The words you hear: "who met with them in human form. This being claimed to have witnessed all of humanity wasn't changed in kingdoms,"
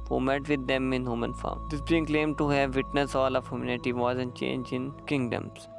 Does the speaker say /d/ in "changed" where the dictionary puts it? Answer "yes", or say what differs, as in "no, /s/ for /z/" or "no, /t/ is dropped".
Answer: no, /d/ is dropped